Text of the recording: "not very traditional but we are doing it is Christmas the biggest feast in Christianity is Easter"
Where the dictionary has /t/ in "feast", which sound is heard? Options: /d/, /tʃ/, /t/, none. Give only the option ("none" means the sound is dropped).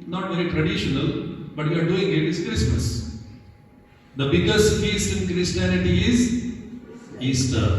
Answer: none